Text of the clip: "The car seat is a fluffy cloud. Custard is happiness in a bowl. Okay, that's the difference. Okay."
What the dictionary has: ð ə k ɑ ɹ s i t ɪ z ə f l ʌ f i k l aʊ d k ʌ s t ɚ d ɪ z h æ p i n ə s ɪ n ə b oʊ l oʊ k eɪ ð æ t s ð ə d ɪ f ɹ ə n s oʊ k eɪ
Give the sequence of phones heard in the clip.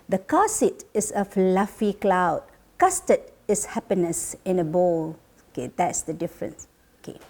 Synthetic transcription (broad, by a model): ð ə k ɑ s i t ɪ s ə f l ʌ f i k l aʊ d k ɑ s t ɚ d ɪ s h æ p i n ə s ɪ n ə b oʊ l oʊ k eɪ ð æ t s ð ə d ɪ f ɹ ə n s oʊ k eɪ